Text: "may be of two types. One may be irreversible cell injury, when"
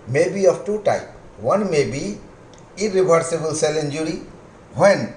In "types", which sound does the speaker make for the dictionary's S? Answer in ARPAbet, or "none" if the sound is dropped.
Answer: none